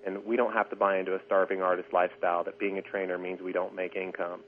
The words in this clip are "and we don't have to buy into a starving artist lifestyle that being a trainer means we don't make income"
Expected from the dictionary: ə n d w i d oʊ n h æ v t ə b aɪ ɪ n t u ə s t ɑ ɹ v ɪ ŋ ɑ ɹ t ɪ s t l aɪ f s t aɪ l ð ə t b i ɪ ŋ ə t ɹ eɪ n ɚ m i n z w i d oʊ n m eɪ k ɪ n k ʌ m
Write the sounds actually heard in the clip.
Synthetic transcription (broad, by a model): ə n w i d oʊ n h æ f t ə b aɪ ɪ n t u ə s t ɑ ɹ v ɪ ŋ ɑ ɹ t ɪ s t l aɪ f s t aɪ l ð ə t b i ɪ ŋ ə t ɹ eɪ n ɚ m i n z w i d oʊ n m eɪ k ɪ n k ʌ m